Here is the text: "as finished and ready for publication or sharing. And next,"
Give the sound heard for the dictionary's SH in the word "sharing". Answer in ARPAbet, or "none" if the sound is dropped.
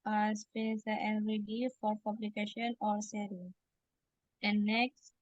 S